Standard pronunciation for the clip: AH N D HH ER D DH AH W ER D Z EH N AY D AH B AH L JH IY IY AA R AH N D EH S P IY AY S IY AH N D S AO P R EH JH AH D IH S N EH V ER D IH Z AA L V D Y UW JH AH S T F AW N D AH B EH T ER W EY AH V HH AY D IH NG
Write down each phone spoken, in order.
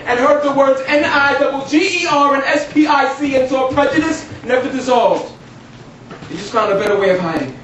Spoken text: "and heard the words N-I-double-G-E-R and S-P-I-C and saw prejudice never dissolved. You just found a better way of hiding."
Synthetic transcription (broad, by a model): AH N HH ER D DH AH W ER D Z EH N AY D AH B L JH IY IY AA R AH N EH S P IY AY S IY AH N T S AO P R EH JH AH D IH S N EH V ER D IH Z AA L V D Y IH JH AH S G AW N AH B EH T ER W EY AH V HH AY D IH NG